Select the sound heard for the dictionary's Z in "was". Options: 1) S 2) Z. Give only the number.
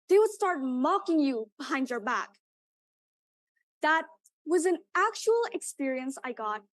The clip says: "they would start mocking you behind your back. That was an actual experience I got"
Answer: 2